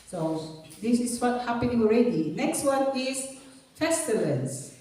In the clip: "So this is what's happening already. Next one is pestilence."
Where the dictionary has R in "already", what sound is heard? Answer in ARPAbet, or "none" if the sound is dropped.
R